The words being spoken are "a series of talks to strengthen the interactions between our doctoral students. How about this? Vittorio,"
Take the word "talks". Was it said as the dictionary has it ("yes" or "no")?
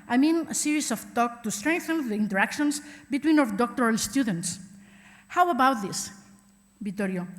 no